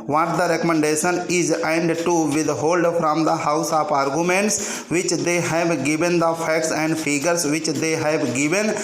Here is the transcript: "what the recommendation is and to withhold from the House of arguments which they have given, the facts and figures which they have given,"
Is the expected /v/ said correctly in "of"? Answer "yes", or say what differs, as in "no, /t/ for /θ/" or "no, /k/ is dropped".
no, /p/ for /v/